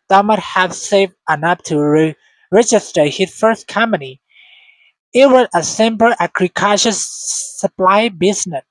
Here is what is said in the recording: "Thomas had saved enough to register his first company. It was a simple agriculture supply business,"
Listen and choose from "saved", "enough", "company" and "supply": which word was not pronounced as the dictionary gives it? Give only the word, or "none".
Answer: enough